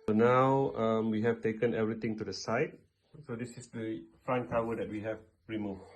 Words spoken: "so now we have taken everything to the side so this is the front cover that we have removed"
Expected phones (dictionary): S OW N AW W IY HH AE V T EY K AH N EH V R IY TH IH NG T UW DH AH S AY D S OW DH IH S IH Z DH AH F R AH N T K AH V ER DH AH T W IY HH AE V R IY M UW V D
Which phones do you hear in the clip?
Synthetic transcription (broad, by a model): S OW N AW W IY HH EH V T EY K AH N EH V R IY T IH NG T UW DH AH S AY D S OW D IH S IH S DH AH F R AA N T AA W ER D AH T W IY HH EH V R IY M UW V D